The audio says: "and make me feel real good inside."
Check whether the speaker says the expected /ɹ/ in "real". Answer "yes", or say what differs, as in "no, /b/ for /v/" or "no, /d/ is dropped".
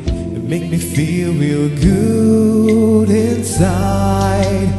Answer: no, /w/ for /ɹ/